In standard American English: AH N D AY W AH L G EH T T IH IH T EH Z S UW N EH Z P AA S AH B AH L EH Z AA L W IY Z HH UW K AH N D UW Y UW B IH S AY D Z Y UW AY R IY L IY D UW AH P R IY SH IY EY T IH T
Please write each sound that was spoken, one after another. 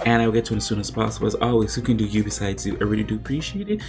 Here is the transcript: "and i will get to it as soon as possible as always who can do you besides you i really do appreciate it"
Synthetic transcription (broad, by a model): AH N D AY W AH L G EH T T IH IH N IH S UW N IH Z P AA S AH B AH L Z AA L W IY Z HH UW K AH N D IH Y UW B IH S AY D Z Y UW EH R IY IY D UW AH P R IY SH IY EY T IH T